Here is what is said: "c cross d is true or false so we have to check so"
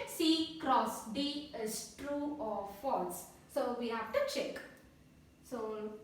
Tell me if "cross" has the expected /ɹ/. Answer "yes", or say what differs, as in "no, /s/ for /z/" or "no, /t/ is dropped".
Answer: yes